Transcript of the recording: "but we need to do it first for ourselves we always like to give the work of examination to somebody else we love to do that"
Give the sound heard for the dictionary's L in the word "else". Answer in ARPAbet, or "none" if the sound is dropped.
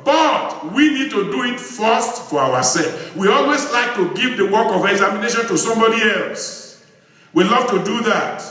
L